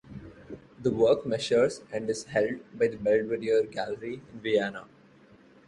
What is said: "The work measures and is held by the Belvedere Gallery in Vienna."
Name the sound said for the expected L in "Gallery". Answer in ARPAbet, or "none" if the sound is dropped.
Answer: L